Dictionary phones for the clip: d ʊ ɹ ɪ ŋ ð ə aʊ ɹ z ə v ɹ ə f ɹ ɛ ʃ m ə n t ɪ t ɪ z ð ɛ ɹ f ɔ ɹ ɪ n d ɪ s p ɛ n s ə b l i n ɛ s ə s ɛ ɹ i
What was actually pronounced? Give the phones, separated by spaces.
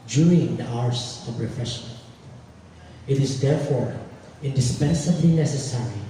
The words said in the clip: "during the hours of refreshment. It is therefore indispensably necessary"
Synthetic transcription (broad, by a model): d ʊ ɹ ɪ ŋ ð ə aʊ ɹ s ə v ɹ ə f ɹ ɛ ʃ ə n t ɪ t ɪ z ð ɛ ɹ f ɔ ɹ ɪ n d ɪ s p ɛ n s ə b l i n ɛ s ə s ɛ ɹ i